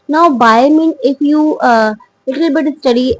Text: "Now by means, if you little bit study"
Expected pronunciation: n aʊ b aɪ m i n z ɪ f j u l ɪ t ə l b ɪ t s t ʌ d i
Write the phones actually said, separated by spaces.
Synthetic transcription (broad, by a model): n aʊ b aɪ m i n ɪ f j u l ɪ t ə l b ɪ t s t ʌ d i